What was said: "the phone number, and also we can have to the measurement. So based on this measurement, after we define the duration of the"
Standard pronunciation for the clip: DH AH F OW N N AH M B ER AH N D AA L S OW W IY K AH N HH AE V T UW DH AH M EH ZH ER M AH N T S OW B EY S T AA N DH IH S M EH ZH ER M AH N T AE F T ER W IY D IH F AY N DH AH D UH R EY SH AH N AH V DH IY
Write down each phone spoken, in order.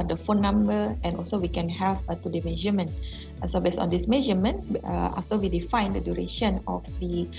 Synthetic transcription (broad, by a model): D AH F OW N N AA M B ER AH N AA L S OW W IY K AH N HH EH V T UW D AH M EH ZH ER M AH N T S OW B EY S AA N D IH S M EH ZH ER M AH N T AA F T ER W IY D IH F AY N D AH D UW R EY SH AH N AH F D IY